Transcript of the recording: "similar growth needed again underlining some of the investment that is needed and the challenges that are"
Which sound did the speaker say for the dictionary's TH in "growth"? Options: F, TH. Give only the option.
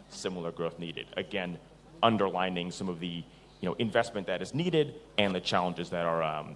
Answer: TH